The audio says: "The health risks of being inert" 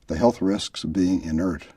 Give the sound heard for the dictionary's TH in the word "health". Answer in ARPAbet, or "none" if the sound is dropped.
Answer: TH